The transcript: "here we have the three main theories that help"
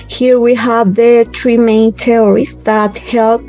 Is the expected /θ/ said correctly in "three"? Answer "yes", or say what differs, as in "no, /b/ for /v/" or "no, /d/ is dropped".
no, /t/ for /θ/